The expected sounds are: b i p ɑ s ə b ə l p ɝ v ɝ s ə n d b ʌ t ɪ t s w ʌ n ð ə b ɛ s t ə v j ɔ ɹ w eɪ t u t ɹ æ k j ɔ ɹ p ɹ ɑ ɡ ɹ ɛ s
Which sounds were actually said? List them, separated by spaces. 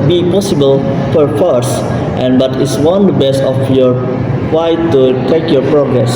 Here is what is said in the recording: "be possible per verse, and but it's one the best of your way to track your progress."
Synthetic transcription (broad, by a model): b i p ɑ s ə b ə l f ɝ f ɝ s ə n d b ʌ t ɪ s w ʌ n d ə b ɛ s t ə f j ɔ ɹ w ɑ t u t ɛ k j ɔ ɹ p ɹ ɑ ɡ ɹ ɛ s